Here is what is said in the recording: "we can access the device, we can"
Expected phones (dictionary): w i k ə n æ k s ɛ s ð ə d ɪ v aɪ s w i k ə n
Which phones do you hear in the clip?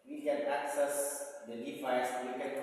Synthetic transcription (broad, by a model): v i k ə n æ k s ɛ s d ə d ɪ f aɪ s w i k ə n